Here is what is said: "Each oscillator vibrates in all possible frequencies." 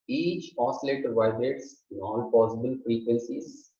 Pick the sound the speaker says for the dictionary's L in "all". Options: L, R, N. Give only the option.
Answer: N